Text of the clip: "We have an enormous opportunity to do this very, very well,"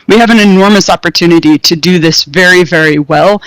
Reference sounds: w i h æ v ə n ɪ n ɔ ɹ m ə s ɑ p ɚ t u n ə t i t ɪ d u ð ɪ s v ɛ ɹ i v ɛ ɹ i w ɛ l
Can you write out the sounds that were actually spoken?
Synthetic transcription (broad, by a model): w i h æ v ə n ɪ n ɔ ɹ m ə s ɑ p ɚ t u n ə t i t ɪ d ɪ ð ɪ s v ɛ ɹ i v ɛ ɹ i w ɛ l